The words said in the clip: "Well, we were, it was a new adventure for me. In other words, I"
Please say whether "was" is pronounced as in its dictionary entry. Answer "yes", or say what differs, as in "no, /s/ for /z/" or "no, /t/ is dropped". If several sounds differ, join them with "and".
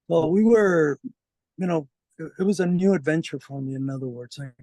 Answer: yes